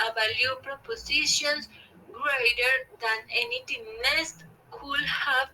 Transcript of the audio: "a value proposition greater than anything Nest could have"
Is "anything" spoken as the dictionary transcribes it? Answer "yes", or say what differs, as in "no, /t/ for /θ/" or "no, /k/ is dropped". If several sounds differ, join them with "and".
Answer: no, /t/ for /θ/